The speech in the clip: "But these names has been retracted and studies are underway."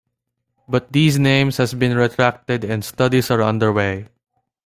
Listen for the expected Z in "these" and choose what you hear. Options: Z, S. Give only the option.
S